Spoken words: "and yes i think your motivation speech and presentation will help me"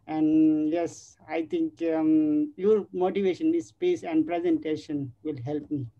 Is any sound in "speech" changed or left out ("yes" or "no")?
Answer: yes